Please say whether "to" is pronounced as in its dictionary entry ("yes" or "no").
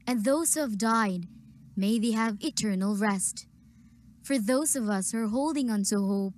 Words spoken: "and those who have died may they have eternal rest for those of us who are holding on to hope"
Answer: no